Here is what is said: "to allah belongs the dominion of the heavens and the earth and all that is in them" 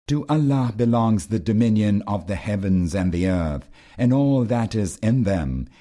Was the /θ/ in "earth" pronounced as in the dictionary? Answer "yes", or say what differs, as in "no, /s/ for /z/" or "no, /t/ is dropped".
yes